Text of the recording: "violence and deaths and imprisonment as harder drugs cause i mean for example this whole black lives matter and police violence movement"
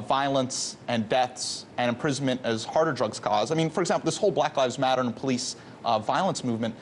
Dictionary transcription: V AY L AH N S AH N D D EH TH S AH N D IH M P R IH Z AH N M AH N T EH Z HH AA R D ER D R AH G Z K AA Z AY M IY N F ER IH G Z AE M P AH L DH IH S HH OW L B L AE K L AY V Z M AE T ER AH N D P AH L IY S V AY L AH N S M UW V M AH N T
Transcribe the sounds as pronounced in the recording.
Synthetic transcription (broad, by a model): V AY L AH N S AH N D D EH TH S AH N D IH M P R IH Z N M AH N T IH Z HH AA R D ER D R AH G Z K AA Z AY M IY N F ER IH G Z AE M P L DH IH S HH OW L B L AE K L AY V Z M AE T ER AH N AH P AH L IY S V AY L AH N S M UW V M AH N T